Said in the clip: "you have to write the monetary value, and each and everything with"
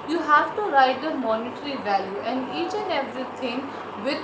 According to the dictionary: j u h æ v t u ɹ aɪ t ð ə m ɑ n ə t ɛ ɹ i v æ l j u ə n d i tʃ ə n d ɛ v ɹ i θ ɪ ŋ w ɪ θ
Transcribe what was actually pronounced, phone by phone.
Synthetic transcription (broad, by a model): j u h æ v t u ɹ aɪ t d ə m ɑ n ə t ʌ ɹ i v æ l j u ə n d i tʃ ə n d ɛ v ɹ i t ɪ ŋ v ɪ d